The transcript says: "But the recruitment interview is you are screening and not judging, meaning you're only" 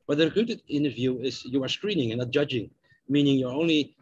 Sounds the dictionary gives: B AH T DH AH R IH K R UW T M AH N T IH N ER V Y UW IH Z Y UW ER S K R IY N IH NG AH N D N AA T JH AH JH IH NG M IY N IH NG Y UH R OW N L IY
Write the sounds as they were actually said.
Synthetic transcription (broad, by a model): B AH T DH AH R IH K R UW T AH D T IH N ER V Y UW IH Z Y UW ER S K R IY N IH NG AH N N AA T JH AH JH IH NG M IY N IH NG Y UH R OW N L IY